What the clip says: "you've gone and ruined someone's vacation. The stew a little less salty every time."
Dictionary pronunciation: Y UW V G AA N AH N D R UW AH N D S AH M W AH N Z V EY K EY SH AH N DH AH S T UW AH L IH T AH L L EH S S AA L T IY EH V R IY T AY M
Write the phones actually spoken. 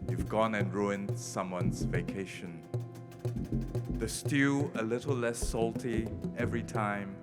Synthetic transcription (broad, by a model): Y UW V G AA N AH N R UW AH N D S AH M W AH N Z V EY K EY SH AH N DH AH S T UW AH L IH T AH L L EH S S AA L T IY EH V R IY T AY M